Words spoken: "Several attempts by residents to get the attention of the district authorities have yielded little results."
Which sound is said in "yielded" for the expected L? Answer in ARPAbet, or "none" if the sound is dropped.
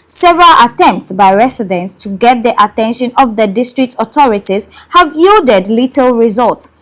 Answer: L